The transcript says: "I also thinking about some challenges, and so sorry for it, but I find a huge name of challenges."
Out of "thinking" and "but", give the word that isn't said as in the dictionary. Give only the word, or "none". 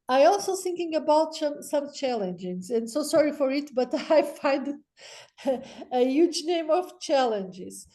none